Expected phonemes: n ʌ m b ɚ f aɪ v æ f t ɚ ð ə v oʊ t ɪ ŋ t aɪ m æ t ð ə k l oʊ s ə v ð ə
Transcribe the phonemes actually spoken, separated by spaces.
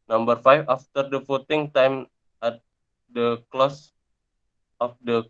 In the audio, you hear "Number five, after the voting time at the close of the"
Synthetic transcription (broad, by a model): n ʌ m b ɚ f aɪ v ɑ f t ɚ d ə f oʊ t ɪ ŋ t aɪ m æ t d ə k l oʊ s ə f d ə